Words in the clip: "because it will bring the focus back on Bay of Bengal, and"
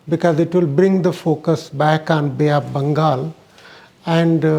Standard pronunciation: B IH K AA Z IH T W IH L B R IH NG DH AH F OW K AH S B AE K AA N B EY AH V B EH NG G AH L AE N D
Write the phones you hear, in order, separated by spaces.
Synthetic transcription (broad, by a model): B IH K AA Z IH T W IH L B R IH NG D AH F OW K AH S B AE K AA N B EY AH P B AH NG G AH L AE N D